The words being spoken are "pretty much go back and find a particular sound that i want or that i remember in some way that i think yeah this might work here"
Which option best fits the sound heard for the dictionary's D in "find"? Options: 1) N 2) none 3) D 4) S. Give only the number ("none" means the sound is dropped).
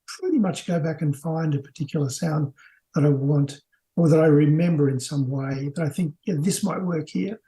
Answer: 3